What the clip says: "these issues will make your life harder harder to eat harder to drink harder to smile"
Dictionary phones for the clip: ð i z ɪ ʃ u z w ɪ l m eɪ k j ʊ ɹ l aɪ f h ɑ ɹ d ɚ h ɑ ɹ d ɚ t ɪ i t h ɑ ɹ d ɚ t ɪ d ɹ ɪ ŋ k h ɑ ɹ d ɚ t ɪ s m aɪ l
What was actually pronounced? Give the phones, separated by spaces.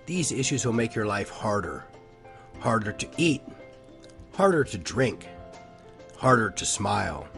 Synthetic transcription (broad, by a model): ð i z ɪ ʃ u z w ɪ l m eɪ k j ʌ ɹ l aɪ f h ɑ ɹ d ɚ h ɑ ɹ d ɚ t ɪ i t h ɑ ɹ d ɚ t ɪ d ɹ ɪ ŋ k h ɑ ɹ d ɚ t ɪ s m aɪ l